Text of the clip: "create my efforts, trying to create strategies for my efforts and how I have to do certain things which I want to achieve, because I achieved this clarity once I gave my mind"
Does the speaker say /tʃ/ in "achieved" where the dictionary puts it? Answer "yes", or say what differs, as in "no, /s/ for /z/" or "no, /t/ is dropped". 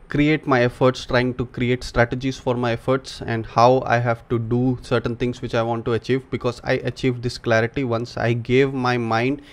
yes